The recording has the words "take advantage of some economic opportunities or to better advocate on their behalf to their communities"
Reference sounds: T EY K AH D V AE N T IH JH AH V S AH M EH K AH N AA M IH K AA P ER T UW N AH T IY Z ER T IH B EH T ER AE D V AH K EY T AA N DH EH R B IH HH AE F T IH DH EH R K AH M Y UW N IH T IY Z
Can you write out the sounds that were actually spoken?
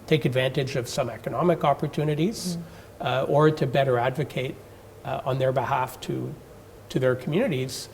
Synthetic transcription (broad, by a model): T EY K AH D V AE N T IH JH AH V S AH M EH K AH N AA M IH K AA P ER T UW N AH T IY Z ER T IH B EH T ER AE D V AH K EY T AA N DH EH R B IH HH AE F T IH DH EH R K M Y UW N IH T IY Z